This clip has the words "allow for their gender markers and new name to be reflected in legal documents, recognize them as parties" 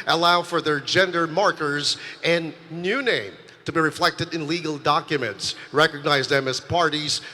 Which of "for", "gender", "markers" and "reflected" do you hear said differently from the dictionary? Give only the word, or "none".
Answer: none